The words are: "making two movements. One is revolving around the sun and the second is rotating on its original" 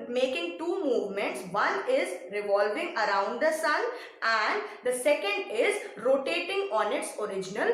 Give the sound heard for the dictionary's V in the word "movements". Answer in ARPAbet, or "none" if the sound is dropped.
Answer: V